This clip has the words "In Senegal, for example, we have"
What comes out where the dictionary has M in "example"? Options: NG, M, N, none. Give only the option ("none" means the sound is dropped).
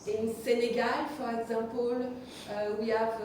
none